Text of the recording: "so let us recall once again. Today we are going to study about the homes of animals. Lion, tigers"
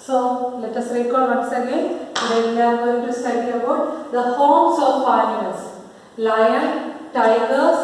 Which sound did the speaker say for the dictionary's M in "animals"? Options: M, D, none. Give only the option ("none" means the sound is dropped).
none